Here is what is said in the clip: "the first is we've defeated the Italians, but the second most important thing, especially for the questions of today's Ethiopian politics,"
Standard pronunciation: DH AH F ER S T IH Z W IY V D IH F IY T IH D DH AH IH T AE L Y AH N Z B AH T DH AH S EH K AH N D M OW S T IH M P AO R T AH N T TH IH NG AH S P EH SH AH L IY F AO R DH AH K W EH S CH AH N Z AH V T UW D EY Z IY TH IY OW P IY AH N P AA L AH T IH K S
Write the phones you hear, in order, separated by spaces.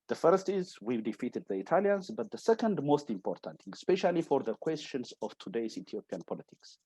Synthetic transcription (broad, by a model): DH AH F ER S T IH Z W IY D IH F IY T IH D DH AH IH T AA L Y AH N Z B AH T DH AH S EH K AH N D M OW S T IH M P AO R T AH N T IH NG S P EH SH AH L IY F AO R DH AH K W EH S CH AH N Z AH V T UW D EY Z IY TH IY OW P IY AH N P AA L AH T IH K S